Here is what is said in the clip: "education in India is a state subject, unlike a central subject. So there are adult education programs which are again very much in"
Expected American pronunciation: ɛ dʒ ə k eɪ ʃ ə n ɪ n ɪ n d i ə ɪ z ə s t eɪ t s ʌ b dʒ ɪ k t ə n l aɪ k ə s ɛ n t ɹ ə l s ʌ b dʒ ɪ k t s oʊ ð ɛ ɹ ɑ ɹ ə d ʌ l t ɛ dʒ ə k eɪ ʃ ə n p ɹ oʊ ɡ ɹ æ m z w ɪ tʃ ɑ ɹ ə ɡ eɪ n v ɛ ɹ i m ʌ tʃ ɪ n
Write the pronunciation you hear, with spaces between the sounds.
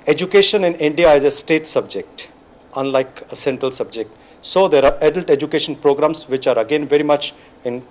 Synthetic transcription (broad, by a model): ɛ dʒ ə k eɪ ʃ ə n ɪ n ɪ n d i ə ɪ z ə s t eɪ t s ʌ b dʒ ɪ k t ə n l aɪ k ə s ɛ n t ɹ ə l s ʌ b dʒ ɪ k t s oʊ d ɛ ɹ ɑ ɹ ə d ʌ l t ɛ dʒ ə k eɪ ʃ ə n p ɹ oʊ ɡ ɹ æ m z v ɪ tʃ ɑ ɹ ə ɡ eɪ n v ɛ ɹ i m ʌ tʃ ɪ n